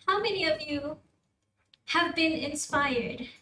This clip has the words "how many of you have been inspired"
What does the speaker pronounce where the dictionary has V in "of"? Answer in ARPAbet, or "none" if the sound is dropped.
V